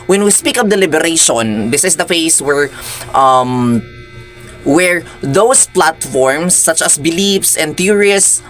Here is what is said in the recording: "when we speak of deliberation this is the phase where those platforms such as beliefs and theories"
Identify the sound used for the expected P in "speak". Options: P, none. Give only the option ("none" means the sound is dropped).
P